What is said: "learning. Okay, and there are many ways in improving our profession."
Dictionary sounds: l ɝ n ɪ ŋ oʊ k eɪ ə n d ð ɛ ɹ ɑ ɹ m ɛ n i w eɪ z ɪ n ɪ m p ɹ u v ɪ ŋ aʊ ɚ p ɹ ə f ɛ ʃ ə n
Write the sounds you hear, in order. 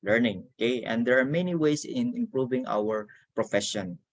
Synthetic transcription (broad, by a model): l ɝ n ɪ ŋ oʊ k eɪ ə n d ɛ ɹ ɑ ɹ m ɛ n i w eɪ s ɪ n ɪ m p ɹ u v ɪ ŋ aʊ ɚ p ɹ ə f ɛ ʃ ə n